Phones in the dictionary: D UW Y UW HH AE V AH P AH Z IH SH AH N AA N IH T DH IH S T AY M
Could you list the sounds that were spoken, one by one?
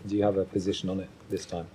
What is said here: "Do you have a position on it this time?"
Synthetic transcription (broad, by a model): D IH Y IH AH V AH P AH Z IH SH AH N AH N IH T DH IH S T AY M